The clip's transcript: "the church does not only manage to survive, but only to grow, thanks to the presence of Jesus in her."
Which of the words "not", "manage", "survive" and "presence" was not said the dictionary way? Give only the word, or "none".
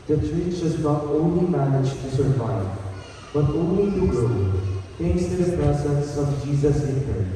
presence